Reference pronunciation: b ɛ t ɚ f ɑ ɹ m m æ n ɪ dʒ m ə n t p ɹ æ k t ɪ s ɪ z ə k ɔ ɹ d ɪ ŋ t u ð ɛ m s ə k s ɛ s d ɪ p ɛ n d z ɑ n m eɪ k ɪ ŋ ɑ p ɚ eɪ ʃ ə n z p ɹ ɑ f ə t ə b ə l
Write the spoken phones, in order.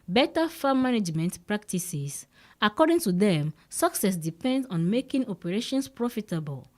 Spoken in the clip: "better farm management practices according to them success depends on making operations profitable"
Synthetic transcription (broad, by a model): b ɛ t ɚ f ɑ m m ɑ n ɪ dʒ m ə n t p ɹ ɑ k t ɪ s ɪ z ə k ɔ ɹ d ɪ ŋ t u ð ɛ m s ə k s ɛ s d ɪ p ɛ n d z ɑ n m eɪ k ɪ ŋ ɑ p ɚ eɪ ʃ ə n s p ɹ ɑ f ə t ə b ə l